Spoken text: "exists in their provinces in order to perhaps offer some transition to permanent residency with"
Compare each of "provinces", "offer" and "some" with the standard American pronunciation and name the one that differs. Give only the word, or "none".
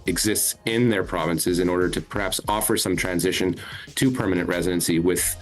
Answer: none